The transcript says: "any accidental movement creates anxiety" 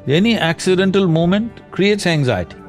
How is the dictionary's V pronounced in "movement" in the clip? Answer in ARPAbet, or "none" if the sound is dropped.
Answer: none